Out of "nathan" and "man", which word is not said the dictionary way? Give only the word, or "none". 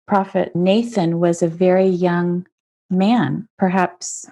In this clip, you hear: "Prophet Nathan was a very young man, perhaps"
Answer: none